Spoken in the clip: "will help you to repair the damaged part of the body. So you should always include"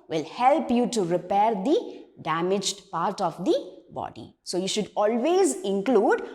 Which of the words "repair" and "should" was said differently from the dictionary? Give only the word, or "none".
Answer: none